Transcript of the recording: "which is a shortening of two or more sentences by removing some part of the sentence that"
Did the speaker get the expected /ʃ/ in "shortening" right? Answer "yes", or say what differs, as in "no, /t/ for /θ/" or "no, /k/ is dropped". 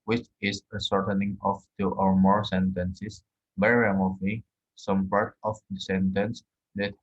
no, /s/ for /ʃ/